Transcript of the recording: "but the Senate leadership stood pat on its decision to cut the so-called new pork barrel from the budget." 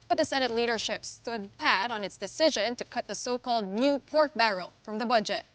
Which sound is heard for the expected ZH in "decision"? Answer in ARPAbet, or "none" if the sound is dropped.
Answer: ZH